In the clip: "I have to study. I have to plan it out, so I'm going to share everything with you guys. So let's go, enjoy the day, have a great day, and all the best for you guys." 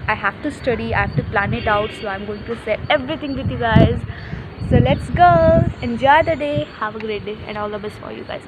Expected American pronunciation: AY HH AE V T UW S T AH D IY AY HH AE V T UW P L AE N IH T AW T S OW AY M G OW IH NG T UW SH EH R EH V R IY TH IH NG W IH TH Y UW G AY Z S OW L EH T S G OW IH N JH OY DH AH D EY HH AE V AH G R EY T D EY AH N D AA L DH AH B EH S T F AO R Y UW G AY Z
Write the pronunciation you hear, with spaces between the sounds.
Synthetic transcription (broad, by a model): AY HH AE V T UW S T AH D IY AY HH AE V T UW P L AE N IH T AW T S OW AY M G OW IH NG T UW S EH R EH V R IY T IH NG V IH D Y UW G AY Z S OW L EH T S G OW IH N JH OY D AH D EY HH AE V AH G R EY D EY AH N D AA L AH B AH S F AO R Y UW G AY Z